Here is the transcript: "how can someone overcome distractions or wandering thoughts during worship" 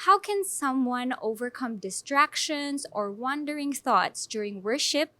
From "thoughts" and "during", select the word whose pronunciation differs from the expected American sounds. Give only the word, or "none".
none